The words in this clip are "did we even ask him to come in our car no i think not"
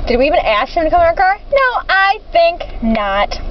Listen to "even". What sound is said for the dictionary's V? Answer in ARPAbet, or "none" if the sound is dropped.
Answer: V